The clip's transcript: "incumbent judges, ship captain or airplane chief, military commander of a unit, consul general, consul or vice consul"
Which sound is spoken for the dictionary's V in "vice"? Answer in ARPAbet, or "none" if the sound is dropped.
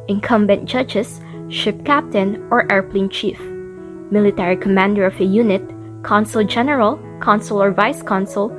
V